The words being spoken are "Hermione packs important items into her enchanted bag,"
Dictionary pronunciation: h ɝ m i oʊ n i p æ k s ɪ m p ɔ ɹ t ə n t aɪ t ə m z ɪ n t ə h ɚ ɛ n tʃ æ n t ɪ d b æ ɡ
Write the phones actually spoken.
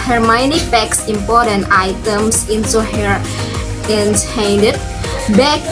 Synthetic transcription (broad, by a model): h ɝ m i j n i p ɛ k s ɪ m p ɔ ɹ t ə n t aɪ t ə m s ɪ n s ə h ɚ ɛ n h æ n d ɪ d b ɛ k